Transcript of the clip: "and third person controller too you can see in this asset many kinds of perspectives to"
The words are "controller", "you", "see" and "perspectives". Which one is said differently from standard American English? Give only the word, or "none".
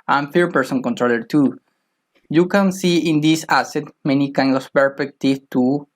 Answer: perspectives